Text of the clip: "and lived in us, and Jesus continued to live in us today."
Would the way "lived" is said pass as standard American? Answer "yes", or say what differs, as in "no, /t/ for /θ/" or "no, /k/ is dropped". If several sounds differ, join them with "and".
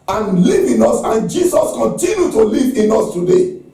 no, /d/ is dropped